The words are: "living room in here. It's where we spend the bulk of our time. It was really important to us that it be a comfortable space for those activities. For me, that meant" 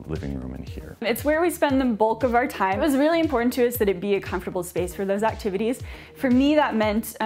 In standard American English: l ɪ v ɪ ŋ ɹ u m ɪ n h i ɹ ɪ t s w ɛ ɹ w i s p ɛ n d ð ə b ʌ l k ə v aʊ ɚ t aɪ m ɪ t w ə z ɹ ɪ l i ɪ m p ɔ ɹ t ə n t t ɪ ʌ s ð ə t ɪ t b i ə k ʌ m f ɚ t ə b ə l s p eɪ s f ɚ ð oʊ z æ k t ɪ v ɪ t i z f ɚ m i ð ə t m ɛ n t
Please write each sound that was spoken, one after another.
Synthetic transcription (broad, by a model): l ɪ v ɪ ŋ ɹ u m ɪ n h i ɹ ɪ t s w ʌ ɹ w i s p ɛ n ð ə b ʌ l k ə v aʊ ɚ t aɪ ɪ t w ə z ɹ ɪ l i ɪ m p ɔ ɹ t n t t ɪ ʌ s ð ə t ɪ t b i ə k ʌ m f t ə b l s p eɪ s f ɚ ð oʊ z æ k t ɪ v ɪ t i z f ɚ m i ð ə t m ɛ n t